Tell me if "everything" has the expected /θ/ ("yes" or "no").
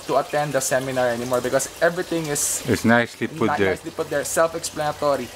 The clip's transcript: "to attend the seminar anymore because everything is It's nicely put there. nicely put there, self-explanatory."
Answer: no